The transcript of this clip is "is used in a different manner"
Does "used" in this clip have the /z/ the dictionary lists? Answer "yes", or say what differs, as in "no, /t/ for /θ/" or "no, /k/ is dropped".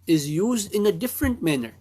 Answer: yes